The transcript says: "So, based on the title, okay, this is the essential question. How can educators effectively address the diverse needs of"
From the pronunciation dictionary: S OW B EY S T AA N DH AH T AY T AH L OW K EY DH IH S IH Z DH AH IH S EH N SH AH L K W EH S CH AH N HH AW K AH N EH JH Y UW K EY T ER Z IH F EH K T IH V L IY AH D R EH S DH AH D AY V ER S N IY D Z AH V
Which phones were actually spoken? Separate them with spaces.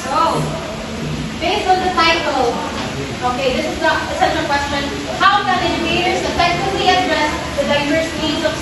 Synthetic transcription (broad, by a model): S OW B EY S AA N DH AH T AY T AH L OW K EY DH IH S IH Z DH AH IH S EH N AH K W EH S CH AH N HH AW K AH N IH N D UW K EY T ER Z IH F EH K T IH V L IY AH D R EH S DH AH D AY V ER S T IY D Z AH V